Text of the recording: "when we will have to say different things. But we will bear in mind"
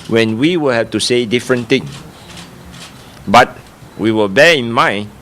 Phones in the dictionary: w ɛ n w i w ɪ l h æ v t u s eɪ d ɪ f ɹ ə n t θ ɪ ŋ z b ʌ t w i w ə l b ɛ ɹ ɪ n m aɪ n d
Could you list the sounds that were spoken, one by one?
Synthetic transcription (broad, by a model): w ɛ n w i w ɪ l h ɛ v t u s eɪ d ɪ f ɹ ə n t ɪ ŋ b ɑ t w i w ə l b ɛ ɪ n m aɪ n